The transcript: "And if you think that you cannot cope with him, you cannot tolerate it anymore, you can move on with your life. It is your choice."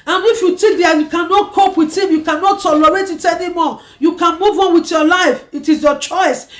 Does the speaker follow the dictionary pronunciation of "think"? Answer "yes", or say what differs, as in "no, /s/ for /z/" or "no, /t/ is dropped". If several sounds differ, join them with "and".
no, /t/ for /θ/ and /ŋ/ is dropped